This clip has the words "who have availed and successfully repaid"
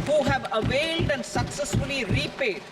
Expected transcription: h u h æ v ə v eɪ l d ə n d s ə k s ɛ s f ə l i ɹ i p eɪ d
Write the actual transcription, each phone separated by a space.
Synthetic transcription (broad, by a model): h u h æ v ə v eɪ l d ə n d s ə k s ɛ s f ə l i ɹ i p eɪ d